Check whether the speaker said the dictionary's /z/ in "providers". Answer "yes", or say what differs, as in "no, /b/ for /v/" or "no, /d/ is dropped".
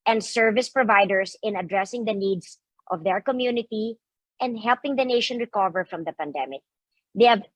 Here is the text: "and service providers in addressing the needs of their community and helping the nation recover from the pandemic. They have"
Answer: no, /s/ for /z/